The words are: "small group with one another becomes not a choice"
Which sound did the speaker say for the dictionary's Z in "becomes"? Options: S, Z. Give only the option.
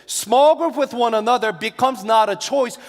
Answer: Z